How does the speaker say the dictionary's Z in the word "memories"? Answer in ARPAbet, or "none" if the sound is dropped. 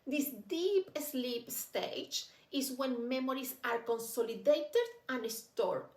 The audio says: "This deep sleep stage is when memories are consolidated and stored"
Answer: S